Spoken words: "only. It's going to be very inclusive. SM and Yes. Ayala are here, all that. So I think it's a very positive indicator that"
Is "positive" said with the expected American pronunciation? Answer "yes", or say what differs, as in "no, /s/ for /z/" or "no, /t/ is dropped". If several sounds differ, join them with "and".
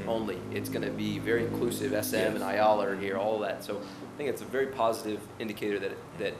yes